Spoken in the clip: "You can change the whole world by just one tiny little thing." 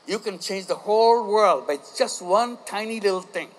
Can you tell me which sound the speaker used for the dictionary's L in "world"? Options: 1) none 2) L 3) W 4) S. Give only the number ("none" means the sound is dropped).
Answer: 2